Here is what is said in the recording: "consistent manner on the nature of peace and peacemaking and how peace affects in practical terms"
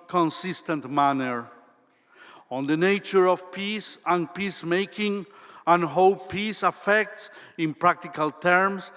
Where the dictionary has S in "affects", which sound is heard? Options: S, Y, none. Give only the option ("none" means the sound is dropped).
S